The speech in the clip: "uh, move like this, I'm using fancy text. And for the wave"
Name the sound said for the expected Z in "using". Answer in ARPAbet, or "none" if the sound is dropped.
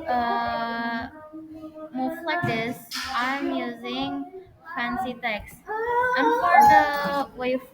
Z